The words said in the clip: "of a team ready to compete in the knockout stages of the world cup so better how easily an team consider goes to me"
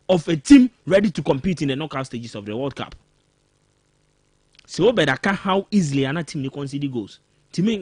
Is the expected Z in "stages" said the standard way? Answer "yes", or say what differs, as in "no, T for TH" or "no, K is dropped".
no, S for Z